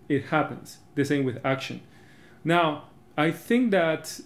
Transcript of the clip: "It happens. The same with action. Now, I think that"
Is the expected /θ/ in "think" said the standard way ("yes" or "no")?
yes